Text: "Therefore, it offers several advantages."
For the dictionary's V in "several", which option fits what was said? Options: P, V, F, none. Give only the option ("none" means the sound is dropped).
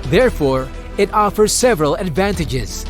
V